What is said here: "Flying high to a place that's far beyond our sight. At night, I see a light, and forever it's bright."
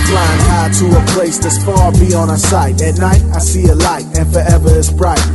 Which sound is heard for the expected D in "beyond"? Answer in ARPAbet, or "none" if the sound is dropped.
none